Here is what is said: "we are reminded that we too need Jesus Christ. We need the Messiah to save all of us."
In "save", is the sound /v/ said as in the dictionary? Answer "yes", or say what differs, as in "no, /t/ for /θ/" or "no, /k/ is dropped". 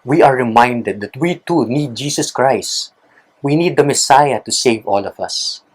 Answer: yes